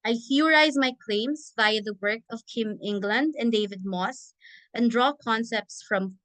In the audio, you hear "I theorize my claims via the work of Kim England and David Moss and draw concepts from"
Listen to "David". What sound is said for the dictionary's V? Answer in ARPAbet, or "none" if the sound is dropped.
V